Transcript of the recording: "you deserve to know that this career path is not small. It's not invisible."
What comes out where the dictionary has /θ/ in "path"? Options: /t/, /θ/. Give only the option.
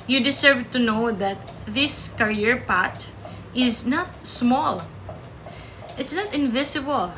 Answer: /t/